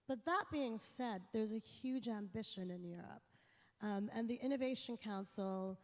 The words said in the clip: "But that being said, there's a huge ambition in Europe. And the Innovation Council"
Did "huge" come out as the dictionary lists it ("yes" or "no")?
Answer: yes